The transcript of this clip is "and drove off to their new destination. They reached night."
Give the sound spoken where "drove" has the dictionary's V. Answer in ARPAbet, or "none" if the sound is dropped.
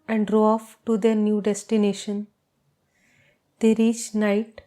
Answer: none